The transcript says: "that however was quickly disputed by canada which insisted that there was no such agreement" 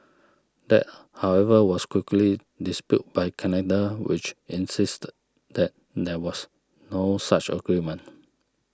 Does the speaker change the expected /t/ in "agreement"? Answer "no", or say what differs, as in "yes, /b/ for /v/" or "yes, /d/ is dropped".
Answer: yes, /t/ is dropped